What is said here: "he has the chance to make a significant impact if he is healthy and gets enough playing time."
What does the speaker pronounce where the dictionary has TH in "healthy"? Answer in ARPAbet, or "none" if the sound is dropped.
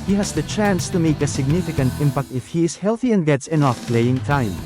TH